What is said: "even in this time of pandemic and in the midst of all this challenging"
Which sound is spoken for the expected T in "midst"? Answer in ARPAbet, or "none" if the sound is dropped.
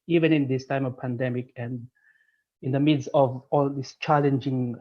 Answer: none